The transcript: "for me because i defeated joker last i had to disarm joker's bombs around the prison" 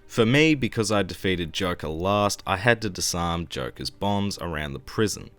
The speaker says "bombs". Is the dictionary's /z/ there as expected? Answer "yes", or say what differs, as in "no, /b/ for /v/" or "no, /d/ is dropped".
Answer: yes